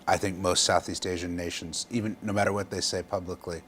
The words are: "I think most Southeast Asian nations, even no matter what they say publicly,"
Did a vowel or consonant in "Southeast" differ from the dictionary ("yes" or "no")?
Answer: no